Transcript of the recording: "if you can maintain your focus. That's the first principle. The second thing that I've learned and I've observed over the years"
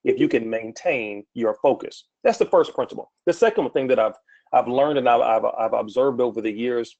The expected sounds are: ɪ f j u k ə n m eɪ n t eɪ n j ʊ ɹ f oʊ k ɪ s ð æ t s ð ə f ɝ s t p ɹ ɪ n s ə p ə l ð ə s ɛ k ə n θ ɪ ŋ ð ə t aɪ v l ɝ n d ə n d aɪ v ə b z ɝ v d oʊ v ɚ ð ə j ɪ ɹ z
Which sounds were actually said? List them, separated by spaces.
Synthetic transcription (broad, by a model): ɪ f j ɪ k ə n m eɪ n t eɪ n j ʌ ɹ f oʊ k ɪ s ð æ t s ð ə f ɝ s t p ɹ ɪ n s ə p l ð ə s ɛ k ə n θ ɪ ŋ ð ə t aɪ v l ɝ n d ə n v aɪ v ə b z ɝ v d oʊ v ɚ ð ə j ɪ ɹ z